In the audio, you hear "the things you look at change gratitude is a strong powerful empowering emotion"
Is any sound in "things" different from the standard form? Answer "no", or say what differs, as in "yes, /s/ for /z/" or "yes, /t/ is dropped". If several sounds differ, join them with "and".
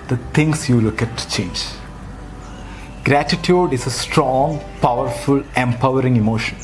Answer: yes, /t/ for /θ/ and /s/ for /z/